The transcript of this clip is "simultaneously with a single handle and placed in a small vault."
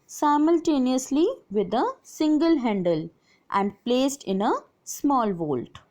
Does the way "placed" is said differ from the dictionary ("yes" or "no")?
no